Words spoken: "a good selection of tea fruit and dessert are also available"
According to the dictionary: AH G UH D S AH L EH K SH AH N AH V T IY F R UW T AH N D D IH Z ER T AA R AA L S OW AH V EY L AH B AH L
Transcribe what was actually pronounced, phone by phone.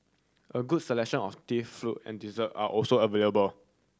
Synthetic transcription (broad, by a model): AH G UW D S AH L EH K SH AH N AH F T IY F L UW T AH N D D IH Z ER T AA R AA L S OW AH V EY L AH B AH L